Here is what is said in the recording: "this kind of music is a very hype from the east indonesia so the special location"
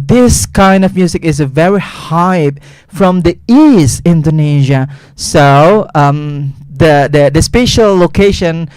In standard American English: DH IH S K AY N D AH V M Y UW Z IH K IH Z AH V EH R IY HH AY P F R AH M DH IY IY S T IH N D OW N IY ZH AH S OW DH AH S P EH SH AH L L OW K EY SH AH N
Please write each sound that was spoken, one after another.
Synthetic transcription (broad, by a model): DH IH S K AY N D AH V M Y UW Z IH K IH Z AH V EH R IY HH AY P F R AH M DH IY IY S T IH N D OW N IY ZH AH S OW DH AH S P EH SH AH L L OW K EY SH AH N